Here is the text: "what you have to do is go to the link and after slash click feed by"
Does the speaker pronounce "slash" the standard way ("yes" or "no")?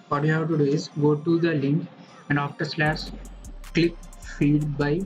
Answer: no